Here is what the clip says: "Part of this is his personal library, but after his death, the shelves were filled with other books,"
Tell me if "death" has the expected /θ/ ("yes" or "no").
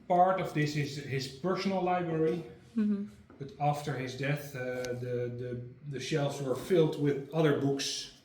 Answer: yes